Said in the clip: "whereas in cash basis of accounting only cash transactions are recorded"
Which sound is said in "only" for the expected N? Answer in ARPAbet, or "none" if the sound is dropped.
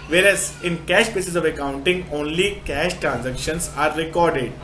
N